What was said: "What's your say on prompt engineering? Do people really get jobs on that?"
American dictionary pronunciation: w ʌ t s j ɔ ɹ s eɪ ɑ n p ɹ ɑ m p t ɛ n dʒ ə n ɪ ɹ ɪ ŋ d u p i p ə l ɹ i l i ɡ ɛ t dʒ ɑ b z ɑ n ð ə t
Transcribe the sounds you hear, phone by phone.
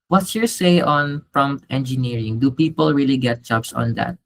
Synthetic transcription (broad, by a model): w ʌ t s j ɔ ɹ s eɪ ɑ n p ɹ ɑ m p t ɛ n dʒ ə n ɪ ɹ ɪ ŋ d u p i p ə l ɹ i l i ɡ ɛ t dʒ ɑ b s ɑ n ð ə t